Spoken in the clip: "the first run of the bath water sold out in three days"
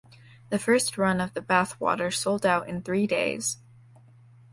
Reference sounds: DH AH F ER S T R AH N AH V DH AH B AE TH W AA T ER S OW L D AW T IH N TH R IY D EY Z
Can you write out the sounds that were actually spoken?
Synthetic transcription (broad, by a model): DH AH F ER S T R AH N AH V DH AH B AE TH W AA T ER S OW L D AW T IH N TH R IY D EY Z